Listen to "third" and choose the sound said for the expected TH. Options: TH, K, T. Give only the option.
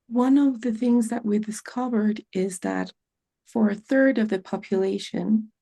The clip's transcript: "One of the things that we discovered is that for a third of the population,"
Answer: TH